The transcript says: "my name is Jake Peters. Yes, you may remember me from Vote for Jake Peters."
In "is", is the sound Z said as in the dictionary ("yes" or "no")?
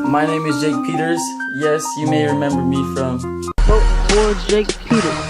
yes